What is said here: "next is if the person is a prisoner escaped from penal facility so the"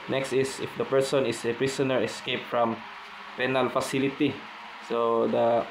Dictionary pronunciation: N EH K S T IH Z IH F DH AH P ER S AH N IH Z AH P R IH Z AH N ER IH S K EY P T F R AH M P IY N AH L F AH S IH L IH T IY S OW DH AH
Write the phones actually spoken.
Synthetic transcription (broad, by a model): N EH K S T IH S IH F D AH P ER S AH N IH S AH P R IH S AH N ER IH S K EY P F R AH M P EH N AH L F AH S IH L IH T IY S OW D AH